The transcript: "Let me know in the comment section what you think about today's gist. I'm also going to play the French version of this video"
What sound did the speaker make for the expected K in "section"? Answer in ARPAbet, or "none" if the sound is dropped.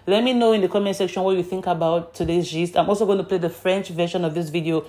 K